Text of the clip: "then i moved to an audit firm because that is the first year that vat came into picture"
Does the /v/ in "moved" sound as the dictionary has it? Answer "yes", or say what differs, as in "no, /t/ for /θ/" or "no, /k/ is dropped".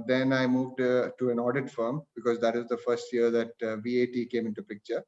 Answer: yes